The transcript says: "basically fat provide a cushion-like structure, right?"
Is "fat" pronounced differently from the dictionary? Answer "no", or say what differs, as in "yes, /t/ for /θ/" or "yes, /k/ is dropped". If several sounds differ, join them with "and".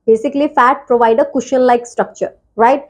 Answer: no